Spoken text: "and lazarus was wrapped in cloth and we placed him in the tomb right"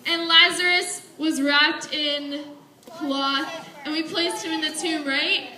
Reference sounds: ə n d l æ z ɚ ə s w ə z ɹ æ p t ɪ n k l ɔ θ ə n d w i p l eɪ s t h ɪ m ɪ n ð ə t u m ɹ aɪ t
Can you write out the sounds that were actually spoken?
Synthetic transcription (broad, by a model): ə n l æ z ɚ ə s w ə z ɹ æ p t ɪ n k l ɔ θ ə n w i p l eɪ s t h ɪ m ɪ n ð ə t u ɹ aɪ t